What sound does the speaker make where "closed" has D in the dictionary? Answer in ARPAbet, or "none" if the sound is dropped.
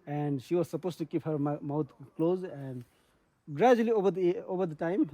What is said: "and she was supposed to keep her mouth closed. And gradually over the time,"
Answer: none